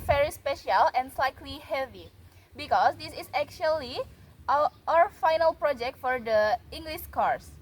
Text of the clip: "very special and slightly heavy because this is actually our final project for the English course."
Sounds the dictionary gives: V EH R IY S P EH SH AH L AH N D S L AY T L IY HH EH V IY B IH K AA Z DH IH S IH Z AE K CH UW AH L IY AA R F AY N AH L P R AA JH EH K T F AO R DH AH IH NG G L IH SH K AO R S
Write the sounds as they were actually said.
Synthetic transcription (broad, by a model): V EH R IY S P EH SH AH L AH N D S L AY T L IY HH EH V IY B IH K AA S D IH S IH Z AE K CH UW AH L IY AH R F AY N AH L P R AA JH EH K T F AO R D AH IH NG G L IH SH K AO R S